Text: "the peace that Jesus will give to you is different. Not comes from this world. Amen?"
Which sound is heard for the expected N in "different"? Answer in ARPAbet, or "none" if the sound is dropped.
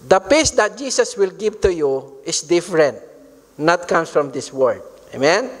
N